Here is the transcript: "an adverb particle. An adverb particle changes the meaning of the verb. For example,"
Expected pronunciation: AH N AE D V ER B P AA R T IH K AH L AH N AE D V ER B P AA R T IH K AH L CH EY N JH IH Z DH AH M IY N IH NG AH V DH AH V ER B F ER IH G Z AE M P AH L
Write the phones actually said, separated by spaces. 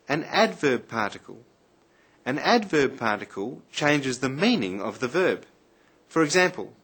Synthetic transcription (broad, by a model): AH N AE D V ER B P AA R T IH K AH L AH N AE D V ER B P AA R T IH K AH L CH EY N JH IH Z DH AH M IY N IH NG AH V DH AH V ER B F ER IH G Z AE M P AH L